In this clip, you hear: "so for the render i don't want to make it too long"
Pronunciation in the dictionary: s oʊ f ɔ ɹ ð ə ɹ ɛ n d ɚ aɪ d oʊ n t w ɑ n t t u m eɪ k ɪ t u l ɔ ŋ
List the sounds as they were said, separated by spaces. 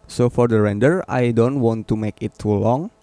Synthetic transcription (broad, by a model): s oʊ f ɔ ɹ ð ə ɹ ɛ n d ɚ aɪ d oʊ n t w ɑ n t t u m eɪ k ɪ t u l ɔ ŋ